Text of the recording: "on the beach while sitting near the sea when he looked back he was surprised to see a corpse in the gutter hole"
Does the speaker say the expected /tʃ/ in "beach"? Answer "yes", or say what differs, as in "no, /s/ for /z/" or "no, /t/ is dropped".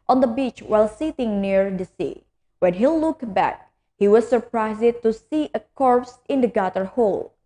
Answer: yes